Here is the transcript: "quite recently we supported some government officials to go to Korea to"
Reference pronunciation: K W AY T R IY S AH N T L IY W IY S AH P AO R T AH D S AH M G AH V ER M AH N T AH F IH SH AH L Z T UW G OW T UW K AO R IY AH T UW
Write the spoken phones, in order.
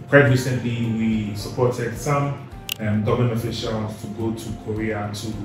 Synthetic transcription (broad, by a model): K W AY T R IY S AH N T L IY W IY S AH P AO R T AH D S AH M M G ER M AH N AH F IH SH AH L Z T UW G OW T UW K AO R IY AH T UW